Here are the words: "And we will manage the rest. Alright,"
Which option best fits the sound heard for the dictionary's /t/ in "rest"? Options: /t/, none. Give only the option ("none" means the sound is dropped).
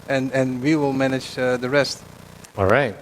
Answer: /t/